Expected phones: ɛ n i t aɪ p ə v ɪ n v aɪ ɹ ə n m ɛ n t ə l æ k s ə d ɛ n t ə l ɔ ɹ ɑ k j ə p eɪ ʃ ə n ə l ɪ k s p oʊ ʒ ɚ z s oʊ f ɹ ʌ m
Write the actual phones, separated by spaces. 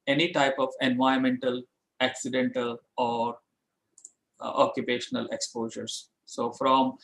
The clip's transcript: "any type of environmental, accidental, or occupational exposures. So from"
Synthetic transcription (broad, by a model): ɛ n i t aɪ p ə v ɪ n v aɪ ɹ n m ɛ n t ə l æ k s ə d ɛ n t ə l ɔ ɹ ɑ k j ə p eɪ ʃ ə n ə l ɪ k s p oʊ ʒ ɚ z s oʊ f ɹ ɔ m